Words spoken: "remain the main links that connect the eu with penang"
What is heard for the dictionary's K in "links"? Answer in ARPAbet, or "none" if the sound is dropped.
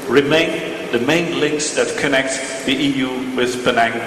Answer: K